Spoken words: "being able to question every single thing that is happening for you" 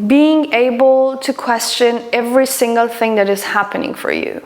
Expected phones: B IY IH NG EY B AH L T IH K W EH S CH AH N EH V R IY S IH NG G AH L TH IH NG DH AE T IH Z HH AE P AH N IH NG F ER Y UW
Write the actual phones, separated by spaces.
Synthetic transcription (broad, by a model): B IY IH NG EY B AH L T IH K W EH S CH AH N EH V R IY S IH NG G AH L TH IH NG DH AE T IH Z HH AE P AH N IH NG F ER Y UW